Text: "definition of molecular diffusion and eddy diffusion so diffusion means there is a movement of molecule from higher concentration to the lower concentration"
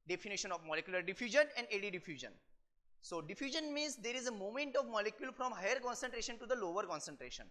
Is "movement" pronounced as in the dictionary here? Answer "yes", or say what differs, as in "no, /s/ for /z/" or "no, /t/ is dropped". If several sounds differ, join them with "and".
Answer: no, /v/ is dropped